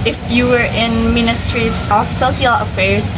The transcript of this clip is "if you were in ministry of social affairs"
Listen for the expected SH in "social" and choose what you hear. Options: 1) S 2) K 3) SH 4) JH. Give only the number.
1